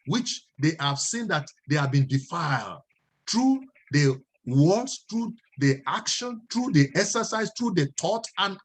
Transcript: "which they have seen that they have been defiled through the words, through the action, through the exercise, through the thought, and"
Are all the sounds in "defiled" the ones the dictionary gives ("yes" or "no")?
yes